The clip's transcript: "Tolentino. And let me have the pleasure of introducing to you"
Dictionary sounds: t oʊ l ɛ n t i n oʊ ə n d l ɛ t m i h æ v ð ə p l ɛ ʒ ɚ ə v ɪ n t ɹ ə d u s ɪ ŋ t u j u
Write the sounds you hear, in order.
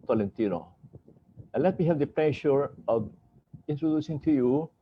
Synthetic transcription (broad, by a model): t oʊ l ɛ n t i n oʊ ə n l ɛ t m i h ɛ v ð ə p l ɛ ʃ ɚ ə v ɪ n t ɹ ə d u s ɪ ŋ t u j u